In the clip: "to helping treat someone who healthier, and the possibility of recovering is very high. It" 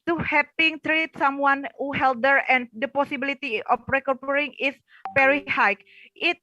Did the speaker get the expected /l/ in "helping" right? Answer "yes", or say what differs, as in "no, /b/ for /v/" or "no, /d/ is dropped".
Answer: no, /l/ is dropped